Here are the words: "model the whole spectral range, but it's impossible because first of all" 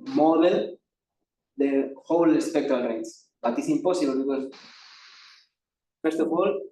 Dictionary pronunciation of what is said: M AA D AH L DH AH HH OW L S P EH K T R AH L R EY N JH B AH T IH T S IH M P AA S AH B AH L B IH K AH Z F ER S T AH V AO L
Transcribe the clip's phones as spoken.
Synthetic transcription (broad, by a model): M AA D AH L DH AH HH OW L S P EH K T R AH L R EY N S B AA T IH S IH M P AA S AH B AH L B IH K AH S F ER S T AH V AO L